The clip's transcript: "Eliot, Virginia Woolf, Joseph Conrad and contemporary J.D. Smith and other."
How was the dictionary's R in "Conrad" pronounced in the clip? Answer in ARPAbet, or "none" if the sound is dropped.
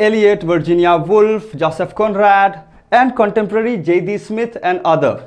R